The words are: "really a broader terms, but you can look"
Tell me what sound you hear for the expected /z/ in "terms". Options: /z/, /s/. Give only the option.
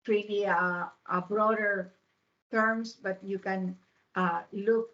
/s/